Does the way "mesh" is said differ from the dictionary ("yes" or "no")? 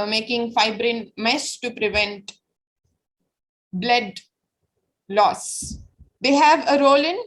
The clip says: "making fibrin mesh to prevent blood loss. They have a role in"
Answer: yes